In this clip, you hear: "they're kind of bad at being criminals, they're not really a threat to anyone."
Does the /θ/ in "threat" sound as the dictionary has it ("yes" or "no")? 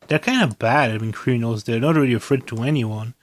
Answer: no